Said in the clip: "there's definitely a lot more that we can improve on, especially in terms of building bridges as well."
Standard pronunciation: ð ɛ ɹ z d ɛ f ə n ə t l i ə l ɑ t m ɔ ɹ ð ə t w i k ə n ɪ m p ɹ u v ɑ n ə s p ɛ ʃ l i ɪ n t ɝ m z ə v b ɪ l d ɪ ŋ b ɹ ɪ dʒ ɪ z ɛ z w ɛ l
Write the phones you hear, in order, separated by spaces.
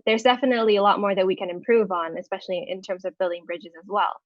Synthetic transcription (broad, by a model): ð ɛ ɹ z d ɛ f ə n ə t l i ə l ɑ t m ɔ ɹ ð ə t w i k ə n ɪ m p ɹ u v n ə s p ɛ ʃ l i ɪ n t ɝ m z ə v b ɪ l d ɪ ŋ b ɹ ɪ dʒ ɪ z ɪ z w ɛ l